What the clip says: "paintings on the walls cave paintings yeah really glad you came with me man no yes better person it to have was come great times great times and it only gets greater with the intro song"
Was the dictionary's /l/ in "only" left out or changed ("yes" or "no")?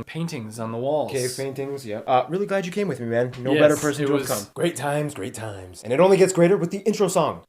no